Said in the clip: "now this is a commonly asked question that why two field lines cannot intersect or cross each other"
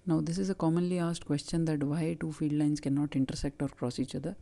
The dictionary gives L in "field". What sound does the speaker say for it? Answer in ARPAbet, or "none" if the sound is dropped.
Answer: none